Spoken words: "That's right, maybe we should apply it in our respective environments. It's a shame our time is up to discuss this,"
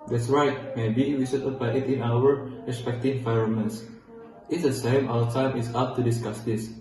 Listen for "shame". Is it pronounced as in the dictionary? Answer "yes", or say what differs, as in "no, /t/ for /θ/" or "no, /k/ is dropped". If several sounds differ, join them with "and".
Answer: no, /s/ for /ʃ/